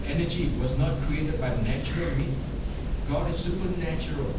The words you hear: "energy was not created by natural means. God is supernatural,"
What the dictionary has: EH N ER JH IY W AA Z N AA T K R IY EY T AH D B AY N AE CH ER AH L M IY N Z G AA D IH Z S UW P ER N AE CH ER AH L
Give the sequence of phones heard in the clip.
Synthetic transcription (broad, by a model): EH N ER JH IY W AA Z N AA T K R IY EY T AH D B AY N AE CH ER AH L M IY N G AA D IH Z S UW P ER N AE CH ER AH L